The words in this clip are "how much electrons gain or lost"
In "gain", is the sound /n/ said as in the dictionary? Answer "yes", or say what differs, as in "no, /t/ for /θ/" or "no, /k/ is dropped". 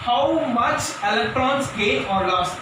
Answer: no, /n/ is dropped